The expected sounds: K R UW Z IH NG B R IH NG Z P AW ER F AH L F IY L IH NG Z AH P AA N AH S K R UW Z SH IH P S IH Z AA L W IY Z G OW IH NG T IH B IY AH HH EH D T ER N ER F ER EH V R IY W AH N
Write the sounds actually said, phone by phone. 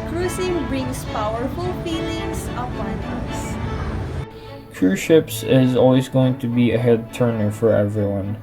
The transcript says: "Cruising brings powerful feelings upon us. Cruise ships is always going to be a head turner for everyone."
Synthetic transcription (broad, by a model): K R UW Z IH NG B R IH NG S P AW ER F AH L F IY L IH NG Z AH P AA N AH S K UW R SH IH P S IH Z AA L W IY Z G OW IH NG T IH B IY AH HH EH D T ER N ER F ER EH V R IY W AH N